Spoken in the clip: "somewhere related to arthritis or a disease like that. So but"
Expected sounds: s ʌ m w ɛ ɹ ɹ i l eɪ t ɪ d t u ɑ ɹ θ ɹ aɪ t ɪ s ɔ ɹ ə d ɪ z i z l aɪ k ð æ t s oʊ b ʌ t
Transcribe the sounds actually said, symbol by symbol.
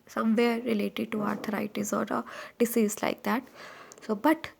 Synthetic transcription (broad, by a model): s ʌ m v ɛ ɹ ɹ i l eɪ t ɪ d t u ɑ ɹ t ɹ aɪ t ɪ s ɔ ɹ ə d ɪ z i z l aɪ k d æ t s oʊ b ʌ t